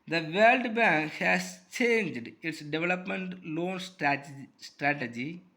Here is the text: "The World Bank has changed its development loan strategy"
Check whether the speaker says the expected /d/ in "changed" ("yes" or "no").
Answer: yes